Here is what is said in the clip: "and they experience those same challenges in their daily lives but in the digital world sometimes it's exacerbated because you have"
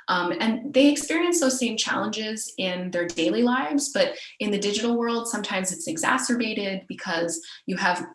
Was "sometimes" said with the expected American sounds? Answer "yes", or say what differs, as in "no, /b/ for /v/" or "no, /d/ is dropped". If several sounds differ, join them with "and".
yes